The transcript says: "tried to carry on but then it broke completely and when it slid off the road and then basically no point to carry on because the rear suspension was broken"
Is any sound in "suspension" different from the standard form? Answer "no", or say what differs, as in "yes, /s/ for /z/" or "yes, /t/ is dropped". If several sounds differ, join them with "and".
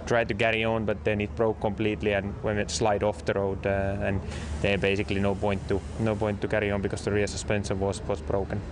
yes, /s/ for /ʃ/